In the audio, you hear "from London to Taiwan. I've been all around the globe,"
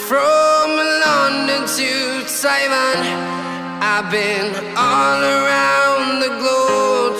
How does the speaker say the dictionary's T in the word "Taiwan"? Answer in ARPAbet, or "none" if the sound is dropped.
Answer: S